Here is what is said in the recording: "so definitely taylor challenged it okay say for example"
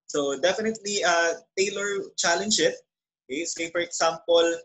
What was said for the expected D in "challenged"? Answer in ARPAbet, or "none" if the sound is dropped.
none